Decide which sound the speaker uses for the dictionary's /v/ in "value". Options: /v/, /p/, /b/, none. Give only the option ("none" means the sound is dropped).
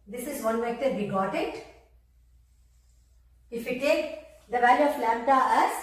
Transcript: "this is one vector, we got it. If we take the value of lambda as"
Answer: /v/